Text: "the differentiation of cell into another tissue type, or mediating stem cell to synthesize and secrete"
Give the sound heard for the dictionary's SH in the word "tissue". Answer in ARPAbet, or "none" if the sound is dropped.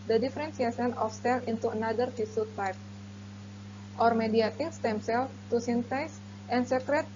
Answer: S